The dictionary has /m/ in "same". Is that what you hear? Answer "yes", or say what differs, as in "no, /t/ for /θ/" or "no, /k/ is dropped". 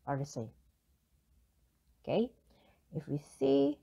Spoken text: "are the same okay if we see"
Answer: no, /m/ is dropped